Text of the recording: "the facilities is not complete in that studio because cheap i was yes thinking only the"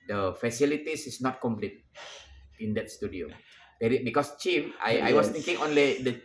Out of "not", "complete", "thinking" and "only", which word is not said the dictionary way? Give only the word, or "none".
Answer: thinking